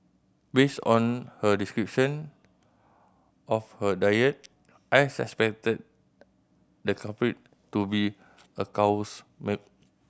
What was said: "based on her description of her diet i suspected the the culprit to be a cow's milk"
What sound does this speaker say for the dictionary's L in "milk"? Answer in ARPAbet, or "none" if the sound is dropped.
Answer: none